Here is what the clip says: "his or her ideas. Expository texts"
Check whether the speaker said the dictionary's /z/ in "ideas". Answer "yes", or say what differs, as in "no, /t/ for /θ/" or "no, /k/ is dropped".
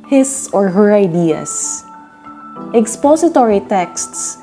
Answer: no, /s/ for /z/